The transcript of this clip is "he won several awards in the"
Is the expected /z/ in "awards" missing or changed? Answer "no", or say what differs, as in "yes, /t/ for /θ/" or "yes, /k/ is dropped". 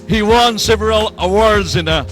no